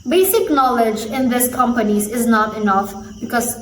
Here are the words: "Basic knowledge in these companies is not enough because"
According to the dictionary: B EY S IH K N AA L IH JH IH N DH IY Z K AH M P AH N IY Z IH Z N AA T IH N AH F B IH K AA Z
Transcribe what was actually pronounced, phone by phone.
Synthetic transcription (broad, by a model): B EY S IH K N AA L IH JH IH N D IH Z K AH M P AH N IY Z IH Z N AA T IH N AH F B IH K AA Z